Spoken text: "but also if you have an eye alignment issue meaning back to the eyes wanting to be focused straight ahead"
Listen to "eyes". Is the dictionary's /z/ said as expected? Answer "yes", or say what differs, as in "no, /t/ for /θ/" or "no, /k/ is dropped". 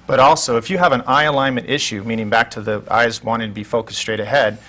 yes